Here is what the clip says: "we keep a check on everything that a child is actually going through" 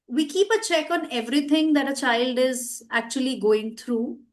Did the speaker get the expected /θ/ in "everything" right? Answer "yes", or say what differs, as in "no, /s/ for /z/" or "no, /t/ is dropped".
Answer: no, /t/ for /θ/